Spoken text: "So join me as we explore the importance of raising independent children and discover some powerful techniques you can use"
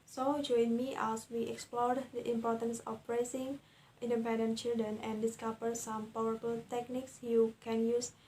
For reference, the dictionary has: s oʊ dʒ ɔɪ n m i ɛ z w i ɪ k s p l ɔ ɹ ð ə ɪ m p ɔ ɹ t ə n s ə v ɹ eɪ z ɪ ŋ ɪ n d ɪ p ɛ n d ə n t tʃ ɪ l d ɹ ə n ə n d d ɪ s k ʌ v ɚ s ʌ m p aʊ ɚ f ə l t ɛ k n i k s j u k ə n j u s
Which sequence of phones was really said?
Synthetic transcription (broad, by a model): s oʊ dʒ ɔɪ n m i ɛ s w i ɪ k s p l ɔ ɹ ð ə ɪ m p ɔ ɹ t ə n s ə p ɹ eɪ s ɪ ŋ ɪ n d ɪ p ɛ n d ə n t tʃ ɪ l d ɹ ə n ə n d d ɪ s k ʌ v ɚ s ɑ m p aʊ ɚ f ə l t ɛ k n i k s j u k ə n j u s